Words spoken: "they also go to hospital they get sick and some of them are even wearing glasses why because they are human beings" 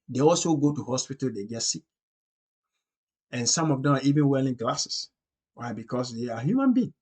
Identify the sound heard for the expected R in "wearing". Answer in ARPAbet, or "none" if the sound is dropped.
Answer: L